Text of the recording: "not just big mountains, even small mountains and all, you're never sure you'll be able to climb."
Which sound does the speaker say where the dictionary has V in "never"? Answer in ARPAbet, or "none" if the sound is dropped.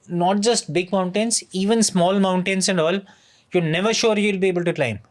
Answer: V